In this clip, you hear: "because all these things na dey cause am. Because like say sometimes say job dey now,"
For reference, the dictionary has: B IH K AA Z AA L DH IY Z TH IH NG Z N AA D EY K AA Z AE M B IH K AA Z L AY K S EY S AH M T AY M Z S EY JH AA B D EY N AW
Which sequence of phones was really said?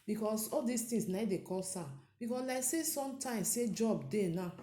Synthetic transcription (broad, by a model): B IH K AA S AA L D IY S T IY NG S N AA D EY K AA S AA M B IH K AA S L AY S EY S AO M T AY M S S EY JH AA B D EY N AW